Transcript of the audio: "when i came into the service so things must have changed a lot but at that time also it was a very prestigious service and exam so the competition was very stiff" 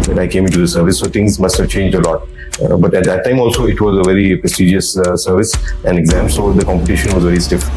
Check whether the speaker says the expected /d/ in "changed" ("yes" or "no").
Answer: yes